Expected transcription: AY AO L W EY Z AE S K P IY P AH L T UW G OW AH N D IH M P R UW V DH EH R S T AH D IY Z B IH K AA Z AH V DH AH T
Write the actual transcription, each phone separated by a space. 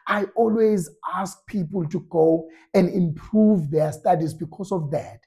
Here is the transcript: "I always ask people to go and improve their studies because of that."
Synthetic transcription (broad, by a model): AY AO L W EY Z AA S K P IY P AH L T UW G OW AH N D IH M P R UW V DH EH S T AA D IY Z B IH K AA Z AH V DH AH T